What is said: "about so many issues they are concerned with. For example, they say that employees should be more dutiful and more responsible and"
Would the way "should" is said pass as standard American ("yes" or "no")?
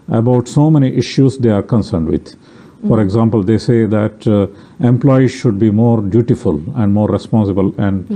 yes